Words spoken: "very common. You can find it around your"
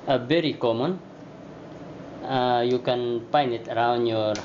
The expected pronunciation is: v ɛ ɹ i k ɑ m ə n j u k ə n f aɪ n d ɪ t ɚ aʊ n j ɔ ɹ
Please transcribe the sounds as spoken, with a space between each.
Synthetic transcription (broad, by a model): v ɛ ɹ i k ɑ m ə n j u k ə n p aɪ n ɪ t ɚ aʊ n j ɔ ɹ